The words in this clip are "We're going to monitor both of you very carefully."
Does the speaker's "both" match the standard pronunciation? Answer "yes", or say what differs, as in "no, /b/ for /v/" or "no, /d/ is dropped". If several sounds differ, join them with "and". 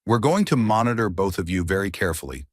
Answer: yes